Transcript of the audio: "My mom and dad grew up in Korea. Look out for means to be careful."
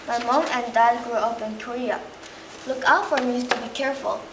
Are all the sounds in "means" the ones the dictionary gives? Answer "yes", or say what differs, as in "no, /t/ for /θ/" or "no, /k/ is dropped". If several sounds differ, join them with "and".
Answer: no, /n/ is dropped